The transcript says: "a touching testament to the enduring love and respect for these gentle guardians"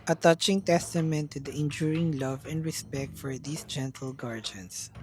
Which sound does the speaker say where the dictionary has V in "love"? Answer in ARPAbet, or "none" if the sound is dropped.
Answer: V